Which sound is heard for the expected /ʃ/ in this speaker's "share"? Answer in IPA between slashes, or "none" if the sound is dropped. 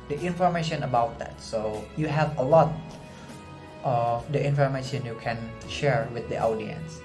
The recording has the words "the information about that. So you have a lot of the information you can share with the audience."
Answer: /ʃ/